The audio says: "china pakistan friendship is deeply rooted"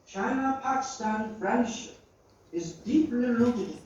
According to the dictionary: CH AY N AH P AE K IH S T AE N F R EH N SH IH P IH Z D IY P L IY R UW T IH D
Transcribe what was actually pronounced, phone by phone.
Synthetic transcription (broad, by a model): CH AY N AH P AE K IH S T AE N F R EH N SH IH P IH Z D IY P L IY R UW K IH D